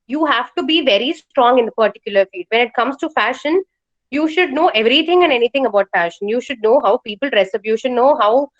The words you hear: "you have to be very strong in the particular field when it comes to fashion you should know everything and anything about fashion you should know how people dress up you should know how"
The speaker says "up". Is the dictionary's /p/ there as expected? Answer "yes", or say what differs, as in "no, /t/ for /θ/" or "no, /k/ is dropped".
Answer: no, /b/ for /p/